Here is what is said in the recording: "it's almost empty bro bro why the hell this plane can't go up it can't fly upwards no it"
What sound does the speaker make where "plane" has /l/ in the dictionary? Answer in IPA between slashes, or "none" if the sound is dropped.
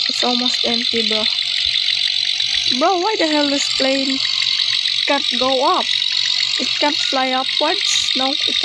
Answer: /l/